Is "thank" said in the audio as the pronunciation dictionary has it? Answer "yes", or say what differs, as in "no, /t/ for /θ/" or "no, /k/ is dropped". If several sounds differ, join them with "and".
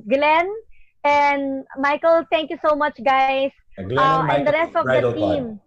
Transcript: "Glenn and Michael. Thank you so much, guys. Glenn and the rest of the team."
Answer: no, /t/ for /θ/